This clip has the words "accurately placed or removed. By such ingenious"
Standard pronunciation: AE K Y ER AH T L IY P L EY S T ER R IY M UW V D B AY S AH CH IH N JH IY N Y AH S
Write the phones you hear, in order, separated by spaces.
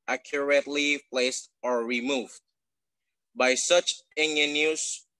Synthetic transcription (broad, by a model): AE K Y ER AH T L IY P L EY S T ER R IY M UW V D B AY S AH CH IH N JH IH N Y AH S